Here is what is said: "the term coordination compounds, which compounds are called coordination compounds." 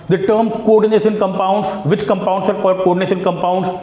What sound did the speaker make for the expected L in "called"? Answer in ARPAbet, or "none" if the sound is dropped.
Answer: none